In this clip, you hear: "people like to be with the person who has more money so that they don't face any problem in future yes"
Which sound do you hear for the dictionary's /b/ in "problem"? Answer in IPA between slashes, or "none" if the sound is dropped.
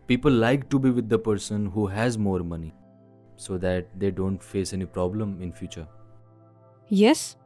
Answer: /b/